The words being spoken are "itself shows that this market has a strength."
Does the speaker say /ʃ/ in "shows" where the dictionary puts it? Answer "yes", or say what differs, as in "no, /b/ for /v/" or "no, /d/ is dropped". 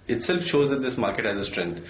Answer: yes